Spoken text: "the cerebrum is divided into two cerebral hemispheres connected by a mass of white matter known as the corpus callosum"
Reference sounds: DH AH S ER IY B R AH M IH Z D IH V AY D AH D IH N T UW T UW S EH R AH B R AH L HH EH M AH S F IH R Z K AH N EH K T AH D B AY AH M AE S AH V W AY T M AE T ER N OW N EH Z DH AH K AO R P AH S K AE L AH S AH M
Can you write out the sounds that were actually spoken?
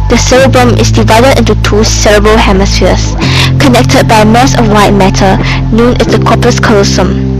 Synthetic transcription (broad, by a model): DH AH S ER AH B R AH M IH S D IH V AY D AH D IH N T UW T UW S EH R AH B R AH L HH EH M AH S F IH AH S K AH N EH K T AH D B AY AH M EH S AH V W AY T M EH T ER N OW N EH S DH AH K AO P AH S K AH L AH S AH M